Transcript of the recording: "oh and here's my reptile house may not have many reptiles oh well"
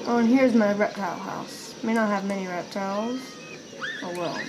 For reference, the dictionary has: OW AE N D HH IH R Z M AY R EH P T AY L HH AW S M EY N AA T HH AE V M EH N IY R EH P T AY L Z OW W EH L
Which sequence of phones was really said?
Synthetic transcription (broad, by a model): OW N HH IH R Z M AY R EH P T AY L HH AW S M EY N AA T HH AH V M EH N IY R EH P T AY L Z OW W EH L